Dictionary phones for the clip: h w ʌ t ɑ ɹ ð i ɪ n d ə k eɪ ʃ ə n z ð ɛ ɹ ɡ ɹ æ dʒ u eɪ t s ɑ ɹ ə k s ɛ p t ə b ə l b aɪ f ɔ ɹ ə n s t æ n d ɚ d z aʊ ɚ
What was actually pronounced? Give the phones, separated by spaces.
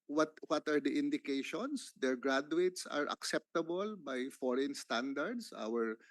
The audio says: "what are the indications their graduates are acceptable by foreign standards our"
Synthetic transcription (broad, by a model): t w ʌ t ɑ ɹ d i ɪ n d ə k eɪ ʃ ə n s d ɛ ɹ ɡ ɹ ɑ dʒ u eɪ t s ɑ ɹ ə k s ɛ p t ə b ə l b aɪ f ɔ ɹ ə n s t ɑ n d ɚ d s aʊ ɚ